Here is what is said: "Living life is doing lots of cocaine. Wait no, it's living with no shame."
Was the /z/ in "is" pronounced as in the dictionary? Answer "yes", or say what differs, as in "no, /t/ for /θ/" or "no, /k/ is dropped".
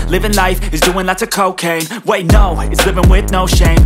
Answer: yes